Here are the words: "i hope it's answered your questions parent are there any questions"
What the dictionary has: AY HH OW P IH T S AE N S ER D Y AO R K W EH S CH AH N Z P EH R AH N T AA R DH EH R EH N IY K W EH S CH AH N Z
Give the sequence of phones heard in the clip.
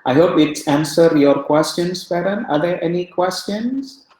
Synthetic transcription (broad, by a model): AY HH OW P IH T S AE N S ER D Y AO R K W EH S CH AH N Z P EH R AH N AA R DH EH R EH N IY K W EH S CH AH N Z